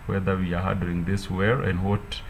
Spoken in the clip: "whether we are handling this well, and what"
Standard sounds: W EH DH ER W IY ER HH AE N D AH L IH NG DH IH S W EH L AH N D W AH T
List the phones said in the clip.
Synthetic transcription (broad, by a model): W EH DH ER W IY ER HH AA D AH IH NG DH IH S W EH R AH N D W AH T